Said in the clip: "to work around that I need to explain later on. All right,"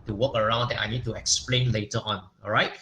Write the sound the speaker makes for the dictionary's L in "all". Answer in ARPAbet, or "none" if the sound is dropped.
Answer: N